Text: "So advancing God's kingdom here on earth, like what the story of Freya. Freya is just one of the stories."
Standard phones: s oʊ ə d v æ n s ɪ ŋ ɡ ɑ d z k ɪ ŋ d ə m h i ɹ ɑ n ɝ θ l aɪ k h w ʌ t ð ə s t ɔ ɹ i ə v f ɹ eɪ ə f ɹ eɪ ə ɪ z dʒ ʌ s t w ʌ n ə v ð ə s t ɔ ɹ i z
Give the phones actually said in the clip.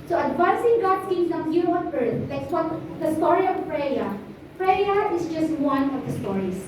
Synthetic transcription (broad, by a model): s oʊ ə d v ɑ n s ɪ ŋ ɡ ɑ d s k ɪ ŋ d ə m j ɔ w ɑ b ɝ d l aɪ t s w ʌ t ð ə s t ɔ ɹ i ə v p ɹ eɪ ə p ɹ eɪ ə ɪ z dʒ ʌ s t w ʌ n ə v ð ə s t ɔ ɹ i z